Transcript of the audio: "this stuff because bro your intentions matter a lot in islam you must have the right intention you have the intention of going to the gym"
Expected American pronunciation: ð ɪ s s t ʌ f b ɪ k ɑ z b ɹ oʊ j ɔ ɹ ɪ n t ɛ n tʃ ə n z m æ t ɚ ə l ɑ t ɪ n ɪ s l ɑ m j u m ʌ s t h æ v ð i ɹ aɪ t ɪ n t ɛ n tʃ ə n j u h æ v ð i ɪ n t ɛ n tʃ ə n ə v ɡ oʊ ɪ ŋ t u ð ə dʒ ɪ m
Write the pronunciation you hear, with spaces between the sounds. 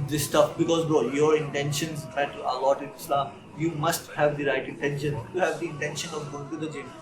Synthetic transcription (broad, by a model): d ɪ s s t ʌ f b ɪ k ɑ z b oʊ j ɔ ɹ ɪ n t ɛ n ʃ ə n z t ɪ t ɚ ə l ɑ t ɪ n ɪ s l ɑ m j u m ʌ s t h æ v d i ɹ aɪ t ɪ n t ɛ n ʃ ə n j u h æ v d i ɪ n t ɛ n ʃ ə n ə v ɡ oʊ ɪ ŋ t u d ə dʒ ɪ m